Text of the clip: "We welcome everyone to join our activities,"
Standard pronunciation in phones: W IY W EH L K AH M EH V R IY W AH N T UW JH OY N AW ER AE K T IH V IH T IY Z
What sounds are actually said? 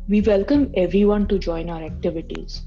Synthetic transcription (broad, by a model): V IY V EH L K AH M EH V R IY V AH N T UW JH OY N AW ER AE K T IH V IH T IY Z